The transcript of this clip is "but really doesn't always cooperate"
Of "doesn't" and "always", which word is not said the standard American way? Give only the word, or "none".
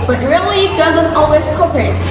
none